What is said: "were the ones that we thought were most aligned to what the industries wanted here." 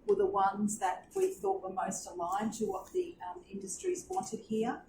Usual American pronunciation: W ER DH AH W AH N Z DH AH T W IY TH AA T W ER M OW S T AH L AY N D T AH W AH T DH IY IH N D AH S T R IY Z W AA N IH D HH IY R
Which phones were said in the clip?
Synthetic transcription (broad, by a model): W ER DH AH W AH N Z DH AH T W IY TH AA T W ER M OW S T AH L AY N T AH W AH T DH IY IH N D AH S T R IY Z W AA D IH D HH IY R